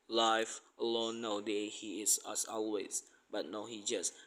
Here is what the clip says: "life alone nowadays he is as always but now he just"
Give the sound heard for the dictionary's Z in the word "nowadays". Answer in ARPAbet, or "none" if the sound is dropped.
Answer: none